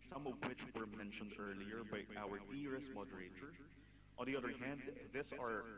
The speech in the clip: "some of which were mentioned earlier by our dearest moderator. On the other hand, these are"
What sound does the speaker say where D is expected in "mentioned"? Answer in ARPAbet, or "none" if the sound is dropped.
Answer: D